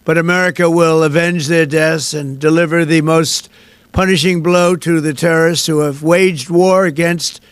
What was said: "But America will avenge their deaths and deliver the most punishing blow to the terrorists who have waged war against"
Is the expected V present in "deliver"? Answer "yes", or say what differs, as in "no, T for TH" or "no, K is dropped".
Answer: yes